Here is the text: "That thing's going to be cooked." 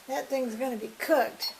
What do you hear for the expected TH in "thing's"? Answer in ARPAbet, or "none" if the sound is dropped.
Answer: TH